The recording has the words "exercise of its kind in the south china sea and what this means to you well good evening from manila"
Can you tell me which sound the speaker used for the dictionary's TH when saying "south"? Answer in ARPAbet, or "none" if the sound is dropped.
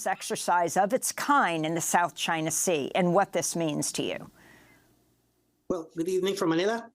TH